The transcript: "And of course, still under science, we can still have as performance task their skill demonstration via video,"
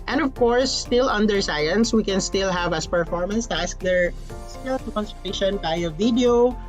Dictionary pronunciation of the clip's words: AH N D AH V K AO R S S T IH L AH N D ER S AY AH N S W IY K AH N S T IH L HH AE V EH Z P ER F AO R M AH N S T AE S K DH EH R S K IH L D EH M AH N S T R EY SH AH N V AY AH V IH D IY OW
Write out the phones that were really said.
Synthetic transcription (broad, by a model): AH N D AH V K AO R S S T IH L AH N D ER S AY AH N S W IY K AH N S T IH L HH AE V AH S P ER F AO R M AH N S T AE S K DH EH R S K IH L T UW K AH N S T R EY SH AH N B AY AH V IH D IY OW